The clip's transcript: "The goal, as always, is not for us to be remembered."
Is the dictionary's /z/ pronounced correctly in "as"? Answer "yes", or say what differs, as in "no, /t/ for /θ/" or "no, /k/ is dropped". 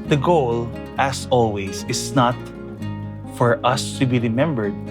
no, /s/ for /z/